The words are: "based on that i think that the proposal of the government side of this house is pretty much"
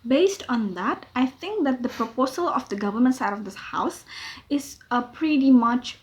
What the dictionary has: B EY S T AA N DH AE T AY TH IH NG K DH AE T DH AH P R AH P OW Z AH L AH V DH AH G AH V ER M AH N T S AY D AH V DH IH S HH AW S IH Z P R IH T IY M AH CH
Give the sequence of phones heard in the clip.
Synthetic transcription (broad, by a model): B EY S T AA N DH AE T AY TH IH NG K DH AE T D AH P R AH P OW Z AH L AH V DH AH G AH V ER M AH N T S AY D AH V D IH S HH AW S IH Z P R IH T IY M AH CH